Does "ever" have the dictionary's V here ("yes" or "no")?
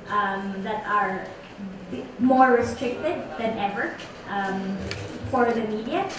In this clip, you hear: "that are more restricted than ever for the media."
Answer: yes